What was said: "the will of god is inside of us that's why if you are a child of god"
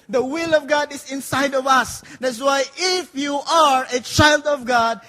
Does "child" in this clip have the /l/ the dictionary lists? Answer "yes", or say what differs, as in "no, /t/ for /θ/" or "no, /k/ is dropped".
yes